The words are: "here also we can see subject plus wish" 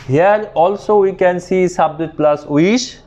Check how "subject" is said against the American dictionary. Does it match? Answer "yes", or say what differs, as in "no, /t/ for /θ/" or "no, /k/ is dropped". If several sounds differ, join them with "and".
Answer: no, /k/ is dropped